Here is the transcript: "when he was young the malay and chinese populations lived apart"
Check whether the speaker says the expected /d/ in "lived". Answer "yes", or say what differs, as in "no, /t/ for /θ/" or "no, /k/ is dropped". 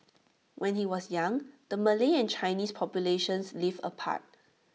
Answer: no, /d/ is dropped